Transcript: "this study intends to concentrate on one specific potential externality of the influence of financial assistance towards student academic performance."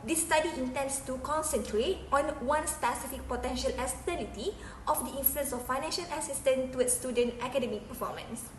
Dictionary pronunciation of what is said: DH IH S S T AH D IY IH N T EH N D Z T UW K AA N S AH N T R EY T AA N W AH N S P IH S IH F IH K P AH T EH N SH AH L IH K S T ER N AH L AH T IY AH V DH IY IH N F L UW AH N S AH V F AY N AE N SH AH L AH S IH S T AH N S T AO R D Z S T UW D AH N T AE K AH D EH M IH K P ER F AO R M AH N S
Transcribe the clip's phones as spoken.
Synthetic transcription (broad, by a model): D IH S S T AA D IY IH N T EH N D S T UW K AA N S AH N T R EY T AA N W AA N S P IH S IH F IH K P AH T EH N SH AH L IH S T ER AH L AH T IY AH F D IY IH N F L UW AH N S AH F AY N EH N SH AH L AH S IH S T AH N T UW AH S T UW D AH N T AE K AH D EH M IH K P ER F AO M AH N S